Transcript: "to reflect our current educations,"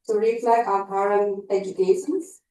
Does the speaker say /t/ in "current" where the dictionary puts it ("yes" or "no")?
no